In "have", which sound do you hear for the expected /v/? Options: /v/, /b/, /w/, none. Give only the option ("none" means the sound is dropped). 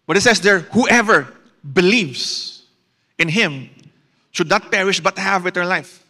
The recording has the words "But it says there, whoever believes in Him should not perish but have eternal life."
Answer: /v/